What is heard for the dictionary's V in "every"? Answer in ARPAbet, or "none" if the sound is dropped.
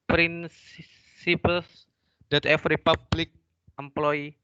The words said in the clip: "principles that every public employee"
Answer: F